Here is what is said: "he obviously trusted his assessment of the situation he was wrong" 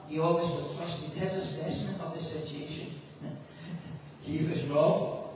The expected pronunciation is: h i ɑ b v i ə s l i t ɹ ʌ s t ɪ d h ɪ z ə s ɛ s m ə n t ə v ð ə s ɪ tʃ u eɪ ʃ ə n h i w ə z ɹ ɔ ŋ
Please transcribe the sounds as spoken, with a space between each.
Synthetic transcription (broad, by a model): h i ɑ v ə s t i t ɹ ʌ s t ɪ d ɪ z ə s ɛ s ə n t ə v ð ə s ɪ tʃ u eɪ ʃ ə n h i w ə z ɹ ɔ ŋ